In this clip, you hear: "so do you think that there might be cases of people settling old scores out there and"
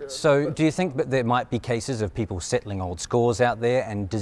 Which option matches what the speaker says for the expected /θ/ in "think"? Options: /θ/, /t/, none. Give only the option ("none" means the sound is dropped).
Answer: /θ/